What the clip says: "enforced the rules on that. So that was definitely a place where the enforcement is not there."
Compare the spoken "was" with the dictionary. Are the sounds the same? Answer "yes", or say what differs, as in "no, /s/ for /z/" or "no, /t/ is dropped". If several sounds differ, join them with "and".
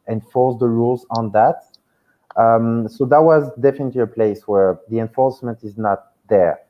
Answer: yes